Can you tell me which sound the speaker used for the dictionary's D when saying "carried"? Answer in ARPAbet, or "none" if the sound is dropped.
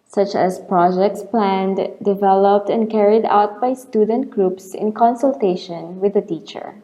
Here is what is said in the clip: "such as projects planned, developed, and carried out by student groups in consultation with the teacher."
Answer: D